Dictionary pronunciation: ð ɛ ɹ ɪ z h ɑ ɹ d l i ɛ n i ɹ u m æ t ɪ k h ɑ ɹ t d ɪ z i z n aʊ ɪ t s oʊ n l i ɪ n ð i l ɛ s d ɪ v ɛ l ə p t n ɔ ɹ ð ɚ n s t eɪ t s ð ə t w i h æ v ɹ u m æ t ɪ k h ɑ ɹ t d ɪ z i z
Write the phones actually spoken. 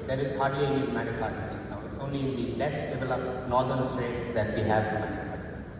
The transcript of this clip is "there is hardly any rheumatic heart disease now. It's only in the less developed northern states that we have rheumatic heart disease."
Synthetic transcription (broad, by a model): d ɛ ɹ ɪ z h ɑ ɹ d i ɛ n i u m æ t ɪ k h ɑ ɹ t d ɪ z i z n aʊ ɪ t s oʊ n l i ɪ n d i l ɛ s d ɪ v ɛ l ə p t n ɔ ɹ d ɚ n s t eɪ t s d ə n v i h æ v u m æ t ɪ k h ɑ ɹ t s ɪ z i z